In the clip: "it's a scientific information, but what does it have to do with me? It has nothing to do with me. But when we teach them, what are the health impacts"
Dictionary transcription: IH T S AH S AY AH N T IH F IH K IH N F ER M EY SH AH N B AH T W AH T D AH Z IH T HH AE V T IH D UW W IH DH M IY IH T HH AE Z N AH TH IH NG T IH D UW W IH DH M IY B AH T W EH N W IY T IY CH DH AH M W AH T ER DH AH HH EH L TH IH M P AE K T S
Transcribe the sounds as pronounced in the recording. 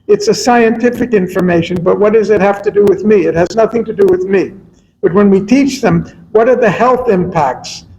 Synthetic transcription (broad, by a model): IH T S AH S AY AH N T IH F IH K IH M F ER M EY SH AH N B AH T W AH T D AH Z IH T HH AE F T IH D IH W IH DH M IY IH T HH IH Z N AH TH IH NG T IH D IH W IH DH M IY B AH T W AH N W IY T IY CH DH AH M W AH T ER DH AH HH EH L TH IH M P AE K T S